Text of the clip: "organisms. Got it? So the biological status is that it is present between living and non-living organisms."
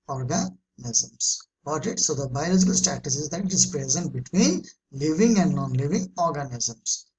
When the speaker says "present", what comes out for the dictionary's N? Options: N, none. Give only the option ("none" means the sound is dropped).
N